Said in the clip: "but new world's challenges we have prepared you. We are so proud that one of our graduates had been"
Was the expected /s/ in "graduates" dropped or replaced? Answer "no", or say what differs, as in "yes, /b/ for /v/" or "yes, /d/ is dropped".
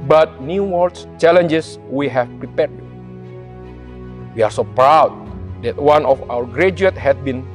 yes, /s/ is dropped